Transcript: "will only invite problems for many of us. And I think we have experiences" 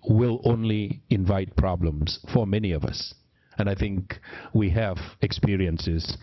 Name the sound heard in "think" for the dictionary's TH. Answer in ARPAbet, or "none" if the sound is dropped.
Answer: TH